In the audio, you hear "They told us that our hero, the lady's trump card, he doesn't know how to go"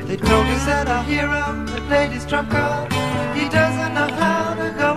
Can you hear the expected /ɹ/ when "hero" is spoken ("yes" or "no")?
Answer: yes